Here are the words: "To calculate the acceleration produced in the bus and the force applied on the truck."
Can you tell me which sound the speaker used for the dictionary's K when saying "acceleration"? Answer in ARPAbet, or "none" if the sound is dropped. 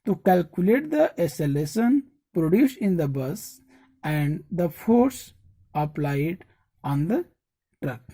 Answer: none